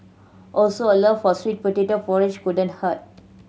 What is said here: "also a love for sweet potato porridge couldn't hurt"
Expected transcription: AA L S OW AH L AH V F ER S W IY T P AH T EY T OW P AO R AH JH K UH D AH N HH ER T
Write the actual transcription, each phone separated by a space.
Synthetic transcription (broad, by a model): AA L S OW AH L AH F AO S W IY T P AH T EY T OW F AO R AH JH K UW D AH N HH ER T